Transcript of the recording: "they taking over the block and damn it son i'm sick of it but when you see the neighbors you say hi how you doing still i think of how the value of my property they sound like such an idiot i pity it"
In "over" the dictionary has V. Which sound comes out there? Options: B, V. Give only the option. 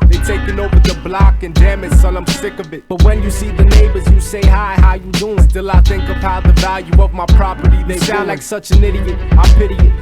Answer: V